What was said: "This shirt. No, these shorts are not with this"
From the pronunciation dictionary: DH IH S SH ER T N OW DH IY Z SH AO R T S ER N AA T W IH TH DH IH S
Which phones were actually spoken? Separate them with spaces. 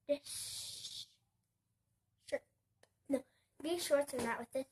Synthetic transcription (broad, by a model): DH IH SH N OW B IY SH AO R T ER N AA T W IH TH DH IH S